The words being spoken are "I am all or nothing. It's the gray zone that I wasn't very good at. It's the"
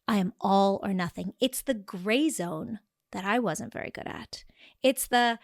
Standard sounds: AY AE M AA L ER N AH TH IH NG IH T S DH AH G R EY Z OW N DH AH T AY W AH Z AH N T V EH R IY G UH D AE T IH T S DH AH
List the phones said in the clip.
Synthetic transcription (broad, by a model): AY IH M AA L ER N AH TH IH NG IH T S DH AH G R EY Z OW N DH AH T AY W AH Z AH N T V EH R IY G UH D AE T IH T S DH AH